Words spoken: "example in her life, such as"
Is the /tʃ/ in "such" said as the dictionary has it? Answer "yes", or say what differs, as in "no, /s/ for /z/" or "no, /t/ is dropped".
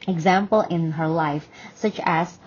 yes